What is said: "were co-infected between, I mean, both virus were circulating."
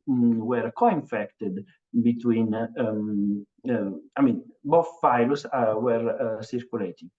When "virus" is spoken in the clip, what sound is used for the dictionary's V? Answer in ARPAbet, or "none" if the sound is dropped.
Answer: F